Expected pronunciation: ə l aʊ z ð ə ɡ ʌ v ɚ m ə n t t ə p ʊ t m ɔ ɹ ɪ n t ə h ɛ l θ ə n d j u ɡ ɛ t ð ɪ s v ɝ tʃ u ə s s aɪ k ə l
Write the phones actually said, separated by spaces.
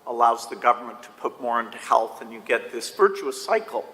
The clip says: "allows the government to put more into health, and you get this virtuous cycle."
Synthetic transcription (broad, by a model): ə l aʊ z ð ə ɡ ʌ v ɚ m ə n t t ə p ʊ t m ɔ ɹ ɪ n t ə h ɛ l θ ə n j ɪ ɡ ɛ t ð ɪ s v ɝ tʃ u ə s s aɪ k l